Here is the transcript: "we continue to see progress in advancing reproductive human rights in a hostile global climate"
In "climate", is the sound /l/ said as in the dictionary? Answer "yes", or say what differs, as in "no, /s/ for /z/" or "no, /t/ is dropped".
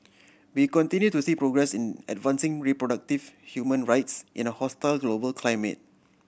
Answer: yes